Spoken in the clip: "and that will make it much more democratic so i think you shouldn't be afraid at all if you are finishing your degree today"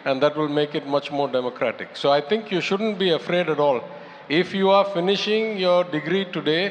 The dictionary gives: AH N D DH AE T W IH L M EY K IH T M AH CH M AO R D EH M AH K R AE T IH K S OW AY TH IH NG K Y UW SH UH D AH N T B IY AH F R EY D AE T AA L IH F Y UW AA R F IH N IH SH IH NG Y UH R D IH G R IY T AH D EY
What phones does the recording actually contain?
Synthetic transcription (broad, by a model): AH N D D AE T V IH L M EY K IH T M AH CH M AO R D EH M AH K R AE T IH K S OW AY T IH NG K Y UW SH UH D AH N T B IY AH F R EY D AE T AA L IH F Y UW AA R F IH N IH SH IH NG Y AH R D IH G R IY T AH D EY